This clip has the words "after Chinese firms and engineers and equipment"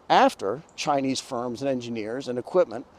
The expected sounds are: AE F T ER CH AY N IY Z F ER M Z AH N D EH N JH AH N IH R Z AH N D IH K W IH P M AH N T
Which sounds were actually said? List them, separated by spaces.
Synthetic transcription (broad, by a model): AE F T ER CH AY N IY Z F ER M Z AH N EH N JH AH N IH R Z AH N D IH K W IH P M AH N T